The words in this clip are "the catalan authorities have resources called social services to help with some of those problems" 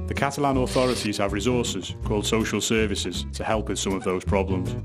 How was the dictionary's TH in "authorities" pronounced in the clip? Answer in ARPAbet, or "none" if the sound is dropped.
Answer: TH